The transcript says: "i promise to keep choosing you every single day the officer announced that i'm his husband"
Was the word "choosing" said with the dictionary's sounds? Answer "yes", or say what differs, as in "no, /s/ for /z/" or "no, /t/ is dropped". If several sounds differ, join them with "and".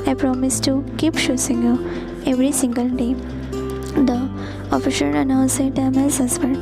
no, /ʃ/ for /tʃ/ and /s/ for /z/